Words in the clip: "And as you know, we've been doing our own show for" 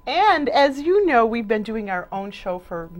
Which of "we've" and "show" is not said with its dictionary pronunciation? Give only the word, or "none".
none